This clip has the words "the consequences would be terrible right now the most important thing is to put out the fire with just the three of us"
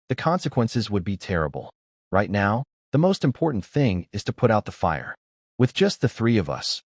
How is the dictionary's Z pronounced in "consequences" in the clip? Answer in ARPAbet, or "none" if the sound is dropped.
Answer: Z